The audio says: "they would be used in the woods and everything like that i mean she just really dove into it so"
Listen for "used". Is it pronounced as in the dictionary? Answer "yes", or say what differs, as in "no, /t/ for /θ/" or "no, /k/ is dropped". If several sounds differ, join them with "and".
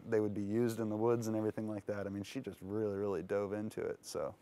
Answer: yes